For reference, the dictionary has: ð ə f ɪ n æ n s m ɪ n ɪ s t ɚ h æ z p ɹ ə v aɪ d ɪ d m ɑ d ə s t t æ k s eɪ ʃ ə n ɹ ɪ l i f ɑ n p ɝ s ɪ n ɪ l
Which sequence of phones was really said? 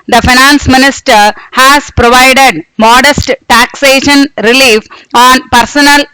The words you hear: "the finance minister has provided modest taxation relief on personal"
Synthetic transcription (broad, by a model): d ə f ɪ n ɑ n s m ɪ n ɪ s t ɚ h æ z p ɹ ə v aɪ d ɪ d m ɑ d ə s t t æ k s eɪ ʃ ə n ɹ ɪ l i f ɑ n p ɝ s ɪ n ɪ l